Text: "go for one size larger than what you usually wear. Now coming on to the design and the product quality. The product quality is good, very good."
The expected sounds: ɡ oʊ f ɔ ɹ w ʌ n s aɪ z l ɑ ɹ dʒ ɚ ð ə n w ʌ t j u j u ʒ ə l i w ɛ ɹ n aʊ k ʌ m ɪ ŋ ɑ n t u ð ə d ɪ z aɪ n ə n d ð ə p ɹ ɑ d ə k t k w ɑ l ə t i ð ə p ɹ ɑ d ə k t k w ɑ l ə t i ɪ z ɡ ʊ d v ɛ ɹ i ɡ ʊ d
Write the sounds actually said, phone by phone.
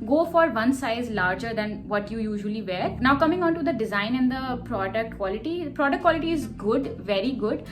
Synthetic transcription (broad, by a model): ɡ oʊ f ɔ ɹ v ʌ n s aɪ z l ɑ ɹ dʒ ɚ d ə n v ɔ t j u j u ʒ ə l i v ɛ ɹ n aʊ k ʌ m ɪ ŋ ɑ n t u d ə d ɪ z aɪ n ə n d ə p ɹ ɑ d ə k t k w ɑ l ə t i p ɹ ɑ d ə k t k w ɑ l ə t i ɪ z ɡ ʊ d v ɛ ɹ i ɡ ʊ d